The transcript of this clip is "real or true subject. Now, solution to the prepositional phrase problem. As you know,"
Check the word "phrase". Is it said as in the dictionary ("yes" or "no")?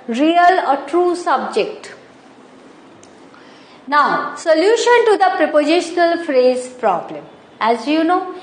yes